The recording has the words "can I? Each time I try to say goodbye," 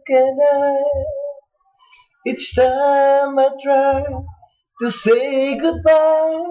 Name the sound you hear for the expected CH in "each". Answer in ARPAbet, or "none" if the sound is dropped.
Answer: S